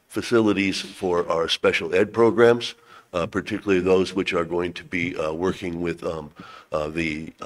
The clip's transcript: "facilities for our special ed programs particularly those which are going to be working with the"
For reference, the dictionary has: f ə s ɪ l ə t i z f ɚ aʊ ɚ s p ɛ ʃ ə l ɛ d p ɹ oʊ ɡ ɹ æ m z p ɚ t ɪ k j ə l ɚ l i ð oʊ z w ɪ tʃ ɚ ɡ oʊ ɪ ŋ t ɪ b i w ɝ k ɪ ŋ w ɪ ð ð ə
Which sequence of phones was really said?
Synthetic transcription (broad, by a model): f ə s ɪ l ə t i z f ɚ aʊ ɚ s p ɛ ʃ l ɛ d p ɹ oʊ ɡ ɹ æ m z p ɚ t ɪ k j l l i ð oʊ z w ɪ tʃ ɚ ɡ oʊ ɪ ŋ t ɪ b i w ɝ k ɪ ŋ w ɪ ð ð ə